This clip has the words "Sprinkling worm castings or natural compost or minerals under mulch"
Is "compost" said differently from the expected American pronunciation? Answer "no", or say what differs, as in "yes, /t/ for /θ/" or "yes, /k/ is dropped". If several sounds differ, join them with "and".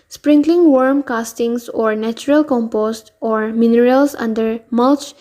no